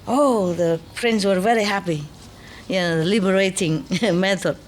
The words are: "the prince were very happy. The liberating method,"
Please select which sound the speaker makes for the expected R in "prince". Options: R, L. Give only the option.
R